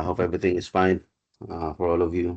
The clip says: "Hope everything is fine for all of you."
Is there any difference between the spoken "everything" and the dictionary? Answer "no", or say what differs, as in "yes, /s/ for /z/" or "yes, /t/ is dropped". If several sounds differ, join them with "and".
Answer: yes, /t/ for /θ/